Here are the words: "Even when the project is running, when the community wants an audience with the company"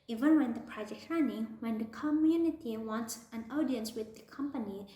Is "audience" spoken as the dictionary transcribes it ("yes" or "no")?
yes